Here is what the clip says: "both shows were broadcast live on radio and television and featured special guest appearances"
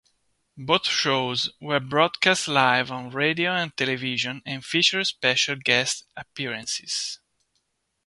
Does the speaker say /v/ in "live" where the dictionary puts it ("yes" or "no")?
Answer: yes